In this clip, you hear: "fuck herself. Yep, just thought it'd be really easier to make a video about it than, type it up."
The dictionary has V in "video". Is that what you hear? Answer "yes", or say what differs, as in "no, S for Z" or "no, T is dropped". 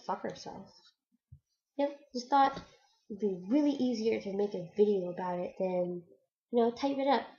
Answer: yes